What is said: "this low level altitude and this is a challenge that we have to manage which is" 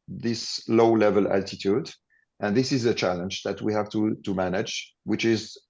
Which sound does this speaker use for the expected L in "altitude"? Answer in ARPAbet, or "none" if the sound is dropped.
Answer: L